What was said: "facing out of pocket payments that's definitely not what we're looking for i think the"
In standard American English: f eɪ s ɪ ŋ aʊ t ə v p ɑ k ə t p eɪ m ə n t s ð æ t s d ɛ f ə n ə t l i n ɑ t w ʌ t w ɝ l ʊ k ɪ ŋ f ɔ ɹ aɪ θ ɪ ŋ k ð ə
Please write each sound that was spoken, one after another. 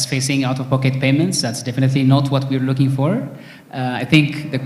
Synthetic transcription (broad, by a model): f eɪ s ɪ ŋ aʊ t ə v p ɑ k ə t p eɪ m ə n t s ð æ t s d ɛ f ə n ə t l i n ɑ t w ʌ t w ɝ l ʊ k ɪ ŋ f ɔ ɹ aɪ θ ɪ ŋ k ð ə